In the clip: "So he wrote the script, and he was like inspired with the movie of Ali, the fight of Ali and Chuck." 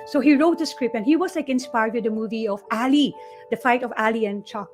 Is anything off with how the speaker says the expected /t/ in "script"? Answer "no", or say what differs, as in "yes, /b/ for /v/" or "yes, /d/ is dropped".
yes, /t/ is dropped